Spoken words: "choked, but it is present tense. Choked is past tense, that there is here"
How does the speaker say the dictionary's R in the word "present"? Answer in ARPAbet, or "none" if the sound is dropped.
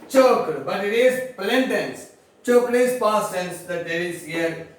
L